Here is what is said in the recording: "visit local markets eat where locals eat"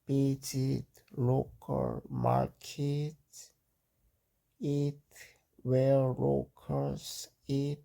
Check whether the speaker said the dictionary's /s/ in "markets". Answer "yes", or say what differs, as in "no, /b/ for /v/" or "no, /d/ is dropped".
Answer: no, /s/ is dropped